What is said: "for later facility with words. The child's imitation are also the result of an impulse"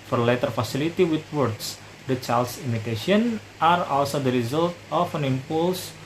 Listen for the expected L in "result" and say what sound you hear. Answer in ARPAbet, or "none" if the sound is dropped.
L